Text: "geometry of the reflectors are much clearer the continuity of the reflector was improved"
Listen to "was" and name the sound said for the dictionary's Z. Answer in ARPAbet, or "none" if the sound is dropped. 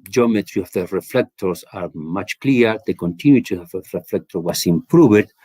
S